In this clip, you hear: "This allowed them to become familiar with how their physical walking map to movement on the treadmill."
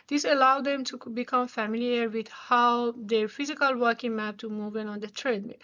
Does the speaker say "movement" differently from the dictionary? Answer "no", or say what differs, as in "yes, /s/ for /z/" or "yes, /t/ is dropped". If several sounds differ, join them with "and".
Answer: yes, /m/ is dropped and /t/ is dropped